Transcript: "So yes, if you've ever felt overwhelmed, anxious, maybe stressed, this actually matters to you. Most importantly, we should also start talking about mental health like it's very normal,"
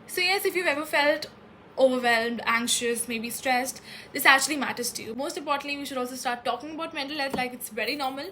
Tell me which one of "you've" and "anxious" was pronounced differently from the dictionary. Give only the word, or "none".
none